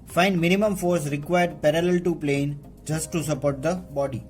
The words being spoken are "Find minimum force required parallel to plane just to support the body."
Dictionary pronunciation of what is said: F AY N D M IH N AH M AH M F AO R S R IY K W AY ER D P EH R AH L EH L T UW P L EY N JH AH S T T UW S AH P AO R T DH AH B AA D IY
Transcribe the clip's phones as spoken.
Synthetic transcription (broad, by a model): F AY N D M IH N AH M AH M F AO R S R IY K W AY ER D P EH R AH L EH L T UW P L EY N JH AH S T T UW S AH P AO R T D AH B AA D IY